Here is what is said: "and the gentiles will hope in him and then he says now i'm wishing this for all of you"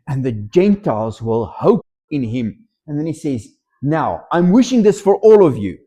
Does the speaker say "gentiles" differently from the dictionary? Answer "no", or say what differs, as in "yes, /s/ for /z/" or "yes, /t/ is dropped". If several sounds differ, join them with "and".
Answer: no